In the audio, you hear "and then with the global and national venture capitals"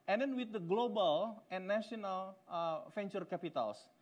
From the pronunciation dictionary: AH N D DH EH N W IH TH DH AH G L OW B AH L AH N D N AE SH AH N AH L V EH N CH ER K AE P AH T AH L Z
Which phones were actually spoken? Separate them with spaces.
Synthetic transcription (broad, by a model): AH N D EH N W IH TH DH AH G L OW B AH L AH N N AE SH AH N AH L F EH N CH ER K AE P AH T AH L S